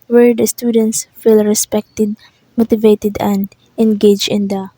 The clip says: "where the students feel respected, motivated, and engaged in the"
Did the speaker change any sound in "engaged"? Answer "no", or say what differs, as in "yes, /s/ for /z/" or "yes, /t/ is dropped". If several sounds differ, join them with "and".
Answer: yes, /d/ is dropped